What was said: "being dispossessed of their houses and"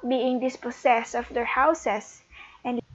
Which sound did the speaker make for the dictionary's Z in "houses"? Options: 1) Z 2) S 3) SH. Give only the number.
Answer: 2